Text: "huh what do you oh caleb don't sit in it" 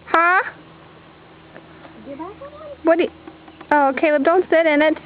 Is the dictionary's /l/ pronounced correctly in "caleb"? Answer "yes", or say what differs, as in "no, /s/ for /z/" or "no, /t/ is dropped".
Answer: no, /w/ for /l/